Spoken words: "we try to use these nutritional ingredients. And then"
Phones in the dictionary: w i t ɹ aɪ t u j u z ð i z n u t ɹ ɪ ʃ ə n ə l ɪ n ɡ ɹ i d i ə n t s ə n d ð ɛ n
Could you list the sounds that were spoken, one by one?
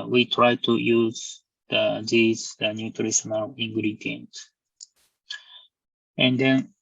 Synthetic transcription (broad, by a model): w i t ɹ aɪ t u j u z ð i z n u t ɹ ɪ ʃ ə n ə l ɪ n ɡ ɹ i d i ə n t ə n d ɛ n